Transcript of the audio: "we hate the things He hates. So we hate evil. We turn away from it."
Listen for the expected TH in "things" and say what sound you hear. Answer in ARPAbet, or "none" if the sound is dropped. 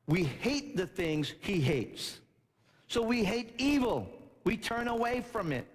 TH